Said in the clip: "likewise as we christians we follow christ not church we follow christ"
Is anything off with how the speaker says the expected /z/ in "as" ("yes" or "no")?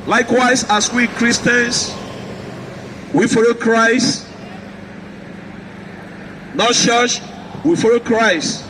yes